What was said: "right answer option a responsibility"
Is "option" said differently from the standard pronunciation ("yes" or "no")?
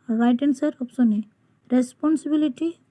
yes